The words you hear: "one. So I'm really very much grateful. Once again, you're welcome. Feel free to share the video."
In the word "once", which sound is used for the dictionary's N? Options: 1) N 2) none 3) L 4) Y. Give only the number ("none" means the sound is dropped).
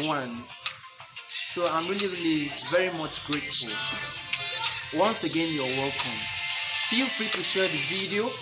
1